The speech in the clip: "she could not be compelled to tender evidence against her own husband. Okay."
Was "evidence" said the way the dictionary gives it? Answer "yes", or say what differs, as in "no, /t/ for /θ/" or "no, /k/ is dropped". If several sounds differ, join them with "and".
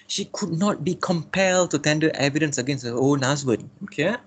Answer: yes